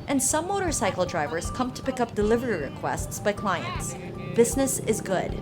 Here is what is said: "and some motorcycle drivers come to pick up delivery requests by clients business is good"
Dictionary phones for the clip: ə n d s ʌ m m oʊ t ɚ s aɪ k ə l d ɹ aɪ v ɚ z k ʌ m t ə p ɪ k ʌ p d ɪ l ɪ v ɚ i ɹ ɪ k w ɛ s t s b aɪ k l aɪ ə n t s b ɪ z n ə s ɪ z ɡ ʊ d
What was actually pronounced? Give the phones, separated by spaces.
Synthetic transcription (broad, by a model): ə n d s ʌ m m oʊ t ɚ s aɪ k l d ɹ aɪ v ɚ z k ʌ m t ə p ɪ k ʌ p d ɪ l ɪ v ɚ i ɹ ɪ k w ɛ s t s b aɪ k l aɪ ə n t s b ɪ z n ə s ɪ z ɡ ʊ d